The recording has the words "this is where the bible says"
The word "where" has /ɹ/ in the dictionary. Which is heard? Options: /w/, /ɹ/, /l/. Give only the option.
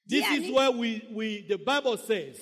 /w/